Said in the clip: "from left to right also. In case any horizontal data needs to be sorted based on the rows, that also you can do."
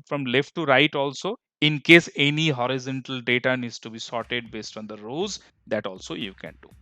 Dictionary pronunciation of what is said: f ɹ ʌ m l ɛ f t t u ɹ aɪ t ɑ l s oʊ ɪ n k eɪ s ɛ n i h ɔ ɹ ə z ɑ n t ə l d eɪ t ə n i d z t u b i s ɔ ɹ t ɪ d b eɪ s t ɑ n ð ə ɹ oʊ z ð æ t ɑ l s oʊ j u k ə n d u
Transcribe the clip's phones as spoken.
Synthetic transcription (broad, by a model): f ɹ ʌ m l ɛ f t t u ɹ aɪ t ɑ l s oʊ ɪ n k eɪ s ɛ n i h ɔ ɹ ə z ɑ n t ə l d eɪ t ə n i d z t u b i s ɔ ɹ t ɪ d b eɪ s t ɑ n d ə ɹ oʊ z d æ t ɑ l s oʊ j u k ə n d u